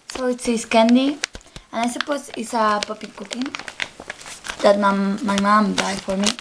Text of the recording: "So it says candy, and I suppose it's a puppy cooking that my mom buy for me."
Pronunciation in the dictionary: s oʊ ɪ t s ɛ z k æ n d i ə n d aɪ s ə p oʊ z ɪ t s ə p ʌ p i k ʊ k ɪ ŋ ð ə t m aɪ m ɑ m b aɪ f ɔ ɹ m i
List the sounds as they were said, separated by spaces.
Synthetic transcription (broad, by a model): s oʊ ɪ t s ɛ s k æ n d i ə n aɪ s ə p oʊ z ɪ t s ə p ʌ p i k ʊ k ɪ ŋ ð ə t m aɪ m ɑ m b aɪ f ɔ ɹ m i